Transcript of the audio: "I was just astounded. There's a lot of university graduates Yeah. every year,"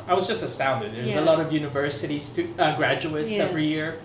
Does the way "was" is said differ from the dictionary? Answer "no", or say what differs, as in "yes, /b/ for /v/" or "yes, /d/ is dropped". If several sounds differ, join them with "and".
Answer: no